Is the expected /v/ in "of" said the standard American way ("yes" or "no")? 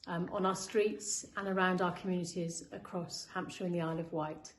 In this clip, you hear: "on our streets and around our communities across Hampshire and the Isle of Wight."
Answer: yes